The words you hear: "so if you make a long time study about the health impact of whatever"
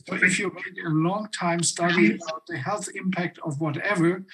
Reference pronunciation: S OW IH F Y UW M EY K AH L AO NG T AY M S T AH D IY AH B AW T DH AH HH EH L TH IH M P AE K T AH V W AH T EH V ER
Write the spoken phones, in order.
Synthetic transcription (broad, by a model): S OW IH F Y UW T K AH L AO NG T AY M S T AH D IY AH UH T DH AH HH EH L TH IH M P AE K T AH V W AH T EH V ER